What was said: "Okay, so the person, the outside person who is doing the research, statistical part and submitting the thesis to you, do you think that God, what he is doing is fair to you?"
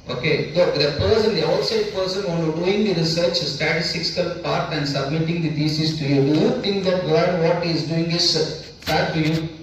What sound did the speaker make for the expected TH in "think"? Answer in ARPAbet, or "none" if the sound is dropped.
T